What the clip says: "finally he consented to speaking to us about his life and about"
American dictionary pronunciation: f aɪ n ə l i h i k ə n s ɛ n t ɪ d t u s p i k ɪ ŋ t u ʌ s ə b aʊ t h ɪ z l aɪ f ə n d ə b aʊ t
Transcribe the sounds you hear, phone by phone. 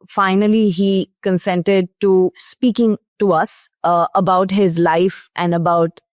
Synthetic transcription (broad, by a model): f aɪ n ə l i h i k ə n s ɛ n t ɪ d t u s p i k ɪ ŋ t u ʌ s ə b aʊ t h ɪ z l aɪ f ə n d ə b aʊ t